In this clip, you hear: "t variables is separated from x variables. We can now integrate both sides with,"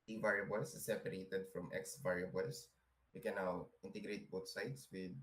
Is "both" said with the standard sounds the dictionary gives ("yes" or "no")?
no